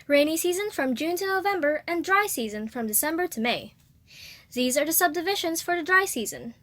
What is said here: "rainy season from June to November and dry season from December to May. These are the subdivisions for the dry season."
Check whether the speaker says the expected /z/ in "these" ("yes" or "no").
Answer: yes